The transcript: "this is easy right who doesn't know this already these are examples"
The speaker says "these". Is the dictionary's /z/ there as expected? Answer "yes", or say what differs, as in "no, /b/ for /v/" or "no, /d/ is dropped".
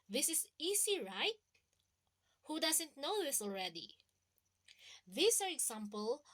no, /s/ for /z/